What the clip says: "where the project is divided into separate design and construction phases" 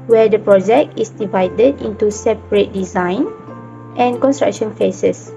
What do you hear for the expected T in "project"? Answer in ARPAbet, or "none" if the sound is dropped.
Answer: T